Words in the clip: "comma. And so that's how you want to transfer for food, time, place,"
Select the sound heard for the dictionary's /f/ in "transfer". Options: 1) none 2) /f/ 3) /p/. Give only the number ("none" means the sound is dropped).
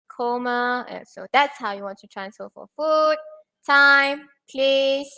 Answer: 1